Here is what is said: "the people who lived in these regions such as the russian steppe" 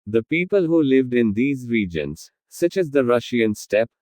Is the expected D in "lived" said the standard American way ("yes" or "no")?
yes